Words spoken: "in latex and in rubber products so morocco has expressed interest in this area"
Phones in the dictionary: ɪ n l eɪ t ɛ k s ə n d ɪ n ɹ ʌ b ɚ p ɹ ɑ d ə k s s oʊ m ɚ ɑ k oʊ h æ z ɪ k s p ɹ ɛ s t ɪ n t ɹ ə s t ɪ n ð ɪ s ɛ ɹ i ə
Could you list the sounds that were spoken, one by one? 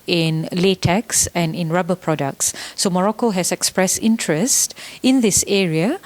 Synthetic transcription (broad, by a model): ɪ n l eɪ t ɛ k s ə n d ɪ n ɹ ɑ b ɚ p ɹ ɑ d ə k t s oʊ m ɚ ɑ k oʊ h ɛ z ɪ k s p ɹ ɛ s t ɪ n t ɹ ə s t ɪ n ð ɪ s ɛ ɹ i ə